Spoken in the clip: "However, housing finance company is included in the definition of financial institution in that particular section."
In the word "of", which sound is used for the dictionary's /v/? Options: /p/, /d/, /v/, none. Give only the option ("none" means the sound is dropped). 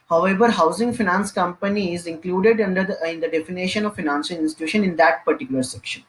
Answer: /v/